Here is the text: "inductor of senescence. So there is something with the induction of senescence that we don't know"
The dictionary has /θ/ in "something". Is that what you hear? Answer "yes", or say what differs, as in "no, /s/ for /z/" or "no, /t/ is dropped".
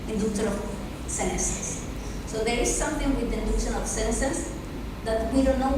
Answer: no, /t/ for /θ/